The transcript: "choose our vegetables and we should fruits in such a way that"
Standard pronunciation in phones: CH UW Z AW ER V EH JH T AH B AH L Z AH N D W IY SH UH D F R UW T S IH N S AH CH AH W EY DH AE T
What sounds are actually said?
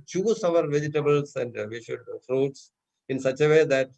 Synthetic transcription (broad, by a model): CH UW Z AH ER V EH JH T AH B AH L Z AH N D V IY SH UH D F R UW T S IH N S AH CH AH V EY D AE T